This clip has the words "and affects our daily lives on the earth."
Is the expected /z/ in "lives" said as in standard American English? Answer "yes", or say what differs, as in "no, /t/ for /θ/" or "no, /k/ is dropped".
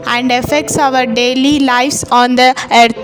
no, /s/ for /z/